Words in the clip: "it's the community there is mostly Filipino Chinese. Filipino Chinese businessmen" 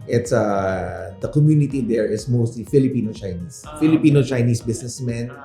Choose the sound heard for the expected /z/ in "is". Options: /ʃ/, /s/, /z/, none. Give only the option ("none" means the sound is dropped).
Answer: /s/